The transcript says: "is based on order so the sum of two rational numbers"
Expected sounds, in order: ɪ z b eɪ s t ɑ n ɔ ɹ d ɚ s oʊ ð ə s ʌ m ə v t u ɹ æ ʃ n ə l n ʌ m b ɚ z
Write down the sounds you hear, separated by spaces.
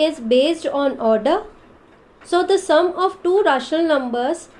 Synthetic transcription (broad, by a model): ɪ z b eɪ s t ɑ n ɔ ɹ d ɚ s oʊ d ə s ʌ m ə v t u ɹ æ ʃ ə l n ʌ m b ɚ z